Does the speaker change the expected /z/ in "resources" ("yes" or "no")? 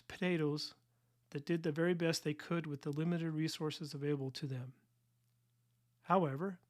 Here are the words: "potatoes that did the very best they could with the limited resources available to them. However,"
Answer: no